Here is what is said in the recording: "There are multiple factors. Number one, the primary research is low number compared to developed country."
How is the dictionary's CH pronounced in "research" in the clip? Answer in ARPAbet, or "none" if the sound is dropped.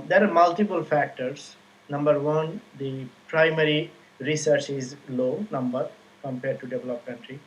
CH